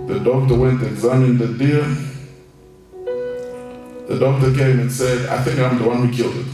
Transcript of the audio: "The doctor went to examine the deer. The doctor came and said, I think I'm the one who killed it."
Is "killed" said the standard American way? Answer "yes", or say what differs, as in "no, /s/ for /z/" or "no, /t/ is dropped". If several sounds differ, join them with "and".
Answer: yes